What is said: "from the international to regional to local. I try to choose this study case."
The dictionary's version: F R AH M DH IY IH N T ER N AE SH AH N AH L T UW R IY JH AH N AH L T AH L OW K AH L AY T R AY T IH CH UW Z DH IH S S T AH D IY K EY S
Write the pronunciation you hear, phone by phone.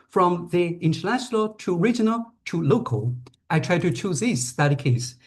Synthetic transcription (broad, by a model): F R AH M DH IY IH N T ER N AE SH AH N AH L T UW R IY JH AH N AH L T AH L OW K AH L AY T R AY T IH CH UW Z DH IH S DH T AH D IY K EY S